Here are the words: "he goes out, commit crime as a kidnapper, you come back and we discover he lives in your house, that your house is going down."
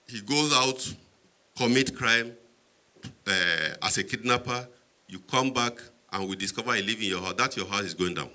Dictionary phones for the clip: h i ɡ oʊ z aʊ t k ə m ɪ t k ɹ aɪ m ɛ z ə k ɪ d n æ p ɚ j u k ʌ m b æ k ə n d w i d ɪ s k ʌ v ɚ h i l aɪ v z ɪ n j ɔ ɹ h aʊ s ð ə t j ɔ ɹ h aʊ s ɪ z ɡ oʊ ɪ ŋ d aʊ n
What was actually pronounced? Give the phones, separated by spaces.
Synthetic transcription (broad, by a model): h i ɡ oʊ z aʊ t k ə m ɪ t k ɹ aɪ m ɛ s ə k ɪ d n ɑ p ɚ j u k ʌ m b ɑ k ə n w i d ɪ s k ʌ v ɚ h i l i v ɪ n j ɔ h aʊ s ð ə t j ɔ h aʊ s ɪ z ɡ oʊ ɪ ŋ d aʊ n